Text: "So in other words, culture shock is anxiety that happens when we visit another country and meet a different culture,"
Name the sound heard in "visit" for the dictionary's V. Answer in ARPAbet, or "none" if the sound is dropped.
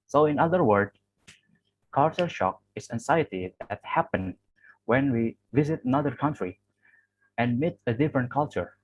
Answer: V